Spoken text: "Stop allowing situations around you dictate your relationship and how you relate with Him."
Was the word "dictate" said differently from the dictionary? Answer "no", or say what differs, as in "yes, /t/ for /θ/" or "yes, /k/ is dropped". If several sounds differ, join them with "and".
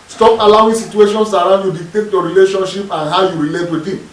yes, /k/ is dropped